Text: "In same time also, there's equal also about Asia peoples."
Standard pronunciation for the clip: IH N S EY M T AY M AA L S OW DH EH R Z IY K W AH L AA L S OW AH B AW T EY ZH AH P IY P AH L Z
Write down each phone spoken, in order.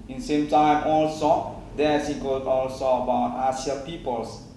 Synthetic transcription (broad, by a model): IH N S EY M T AY M AA L S OW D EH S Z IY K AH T AA L S OW AH B AW T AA S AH P IY P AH L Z